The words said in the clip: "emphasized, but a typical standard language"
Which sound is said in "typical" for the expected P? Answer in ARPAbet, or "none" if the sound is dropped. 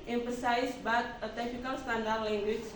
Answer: F